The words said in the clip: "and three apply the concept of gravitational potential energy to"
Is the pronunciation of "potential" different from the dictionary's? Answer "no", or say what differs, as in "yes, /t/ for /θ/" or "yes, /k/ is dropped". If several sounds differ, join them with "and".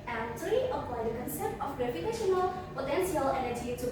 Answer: yes, /s/ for /ʃ/